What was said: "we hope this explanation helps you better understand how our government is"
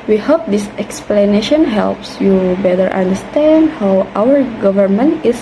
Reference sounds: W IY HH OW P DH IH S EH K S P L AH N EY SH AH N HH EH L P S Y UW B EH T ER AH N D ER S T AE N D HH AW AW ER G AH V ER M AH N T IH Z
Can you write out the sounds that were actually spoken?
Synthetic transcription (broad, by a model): W IY HH OW P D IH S EH K S P L AH N EY SH AH N HH EH L P S Y UW B EH T ER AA N D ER S T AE N D HH AW AW ER G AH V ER M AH N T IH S